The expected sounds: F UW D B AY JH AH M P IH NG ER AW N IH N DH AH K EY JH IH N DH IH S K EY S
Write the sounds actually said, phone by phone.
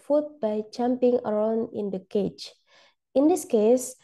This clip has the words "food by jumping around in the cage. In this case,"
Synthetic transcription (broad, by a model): F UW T B AY CH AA M P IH NG ER AW N IH N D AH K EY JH IH N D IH S K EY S